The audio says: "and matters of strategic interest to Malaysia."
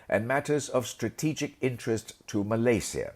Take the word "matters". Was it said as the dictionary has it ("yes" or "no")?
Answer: yes